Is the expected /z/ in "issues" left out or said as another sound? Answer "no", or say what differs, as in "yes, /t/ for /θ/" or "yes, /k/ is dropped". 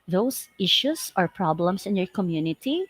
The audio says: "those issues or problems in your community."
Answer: yes, /s/ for /z/